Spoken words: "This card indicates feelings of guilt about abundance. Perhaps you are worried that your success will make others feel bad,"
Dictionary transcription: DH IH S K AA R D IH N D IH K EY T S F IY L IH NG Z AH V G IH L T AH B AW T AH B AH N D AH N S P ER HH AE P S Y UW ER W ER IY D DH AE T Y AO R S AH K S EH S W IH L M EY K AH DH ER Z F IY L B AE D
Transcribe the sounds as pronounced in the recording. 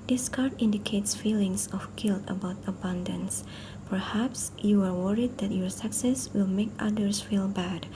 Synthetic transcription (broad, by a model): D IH S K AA R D IH N D IH K EY T S F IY L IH NG S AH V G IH L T AH B AW T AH B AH N D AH N S P ER HH AE P S Y UW ER W ER IY D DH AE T Y AO R S AH K S EH S W IH L M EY K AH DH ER S F IY L B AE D